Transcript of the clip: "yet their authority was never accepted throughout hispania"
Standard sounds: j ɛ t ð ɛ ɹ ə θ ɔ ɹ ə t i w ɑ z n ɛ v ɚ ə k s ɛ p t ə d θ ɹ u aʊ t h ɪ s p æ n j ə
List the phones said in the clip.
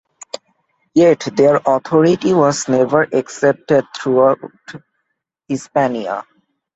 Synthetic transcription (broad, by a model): j ɛ t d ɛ ɹ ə t ɔ ɹ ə t i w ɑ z n ɛ v ɚ ə k s ɛ p t ə d t ɹ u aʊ t h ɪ s p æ n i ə